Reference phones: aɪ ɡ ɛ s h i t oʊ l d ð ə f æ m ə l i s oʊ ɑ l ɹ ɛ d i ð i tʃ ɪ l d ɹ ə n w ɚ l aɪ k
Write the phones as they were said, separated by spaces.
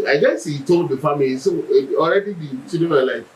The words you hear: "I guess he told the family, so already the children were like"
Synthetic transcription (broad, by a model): aɪ ɡ ɛ s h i t oʊ l d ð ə f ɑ m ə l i s oʊ ɑ l ɹ ɛ d i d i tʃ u d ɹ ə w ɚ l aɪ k